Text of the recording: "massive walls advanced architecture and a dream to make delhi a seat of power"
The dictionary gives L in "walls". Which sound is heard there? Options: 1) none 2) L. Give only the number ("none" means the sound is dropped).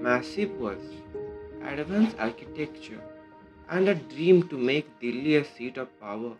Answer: 1